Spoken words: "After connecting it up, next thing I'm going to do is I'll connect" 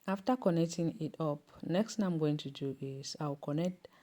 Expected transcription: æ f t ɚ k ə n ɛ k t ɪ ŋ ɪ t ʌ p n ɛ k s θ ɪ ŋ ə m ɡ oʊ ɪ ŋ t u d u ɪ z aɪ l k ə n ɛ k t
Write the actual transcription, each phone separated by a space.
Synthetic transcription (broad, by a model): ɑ f t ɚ k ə n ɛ k t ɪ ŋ ɪ t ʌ p n ɛ k s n ə m ɡ oʊ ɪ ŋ t u d u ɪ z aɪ w k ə n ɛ k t